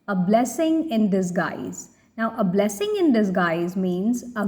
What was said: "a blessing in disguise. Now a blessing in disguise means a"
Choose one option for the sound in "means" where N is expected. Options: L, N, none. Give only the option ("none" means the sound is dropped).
N